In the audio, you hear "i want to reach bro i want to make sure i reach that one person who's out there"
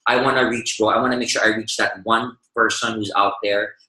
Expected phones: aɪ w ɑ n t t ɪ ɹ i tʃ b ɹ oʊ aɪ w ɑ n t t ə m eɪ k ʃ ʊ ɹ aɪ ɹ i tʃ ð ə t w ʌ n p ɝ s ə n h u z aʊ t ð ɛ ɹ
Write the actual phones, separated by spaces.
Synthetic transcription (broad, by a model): aɪ w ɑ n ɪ ɹ i tʃ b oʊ aɪ w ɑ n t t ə m eɪ k ʃ ʊ ɹ aɪ ɹ i tʃ ð ə t w ʌ n p ɝ s ə n h u z aʊ t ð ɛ ɹ